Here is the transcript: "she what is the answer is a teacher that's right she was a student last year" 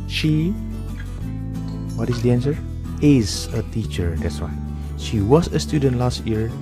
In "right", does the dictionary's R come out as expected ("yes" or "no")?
no